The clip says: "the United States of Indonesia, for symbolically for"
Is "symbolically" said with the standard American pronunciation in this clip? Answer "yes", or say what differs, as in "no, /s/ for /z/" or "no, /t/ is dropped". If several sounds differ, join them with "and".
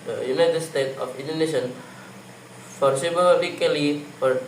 no, /m/ is dropped